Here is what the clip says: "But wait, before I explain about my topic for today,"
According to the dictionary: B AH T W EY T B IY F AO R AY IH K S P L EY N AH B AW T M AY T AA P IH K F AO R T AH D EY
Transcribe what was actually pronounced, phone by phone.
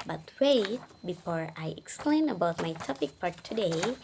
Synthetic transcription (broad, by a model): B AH T W EY T B IY F AO R AY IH K S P L EY N AH B AW T M AY T AA P IH K P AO R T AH D EY